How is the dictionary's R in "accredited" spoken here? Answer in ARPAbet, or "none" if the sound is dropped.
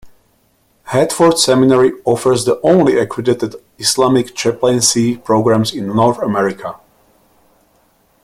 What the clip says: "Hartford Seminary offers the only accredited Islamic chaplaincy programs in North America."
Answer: W